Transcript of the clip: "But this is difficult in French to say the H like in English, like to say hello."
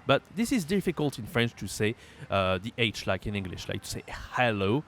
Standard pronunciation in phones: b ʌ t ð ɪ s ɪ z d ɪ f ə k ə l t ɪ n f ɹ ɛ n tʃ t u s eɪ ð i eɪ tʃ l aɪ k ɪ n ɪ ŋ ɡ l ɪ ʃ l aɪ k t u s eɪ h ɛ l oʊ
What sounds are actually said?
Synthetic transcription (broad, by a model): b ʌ t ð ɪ s ɪ z d ɪ f ə k ə l t ɪ n f ɹ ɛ n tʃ t u s eɪ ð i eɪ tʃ l aɪ k ɪ n ɪ ŋ ɡ l ɪ ʃ l aɪ k t u s eɪ h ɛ l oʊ